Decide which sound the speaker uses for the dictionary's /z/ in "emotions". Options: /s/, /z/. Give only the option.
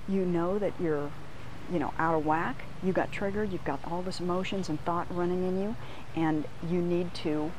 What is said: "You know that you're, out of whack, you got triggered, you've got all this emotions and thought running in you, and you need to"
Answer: /z/